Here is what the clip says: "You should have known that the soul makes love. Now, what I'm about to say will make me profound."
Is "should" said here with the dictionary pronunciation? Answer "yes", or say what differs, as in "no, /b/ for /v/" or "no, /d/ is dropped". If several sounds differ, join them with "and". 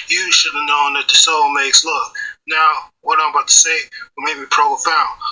yes